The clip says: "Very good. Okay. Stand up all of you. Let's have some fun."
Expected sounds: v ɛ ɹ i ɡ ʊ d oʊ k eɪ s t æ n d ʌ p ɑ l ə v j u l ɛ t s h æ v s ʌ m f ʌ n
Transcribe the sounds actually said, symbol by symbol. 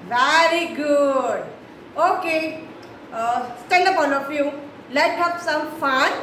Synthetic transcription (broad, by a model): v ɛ ɹ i ɡ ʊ d oʊ k eɪ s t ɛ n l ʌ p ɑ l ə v j u l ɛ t h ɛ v s ʌ m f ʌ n